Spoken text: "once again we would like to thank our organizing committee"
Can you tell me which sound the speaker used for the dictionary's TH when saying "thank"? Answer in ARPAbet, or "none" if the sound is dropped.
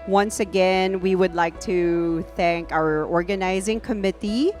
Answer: TH